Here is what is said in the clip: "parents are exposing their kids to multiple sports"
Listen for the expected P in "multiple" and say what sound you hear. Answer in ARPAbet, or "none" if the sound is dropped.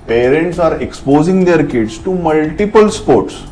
P